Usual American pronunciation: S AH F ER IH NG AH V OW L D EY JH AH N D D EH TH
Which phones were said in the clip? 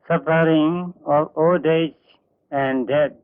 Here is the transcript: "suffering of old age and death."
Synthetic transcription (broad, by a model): S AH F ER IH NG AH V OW D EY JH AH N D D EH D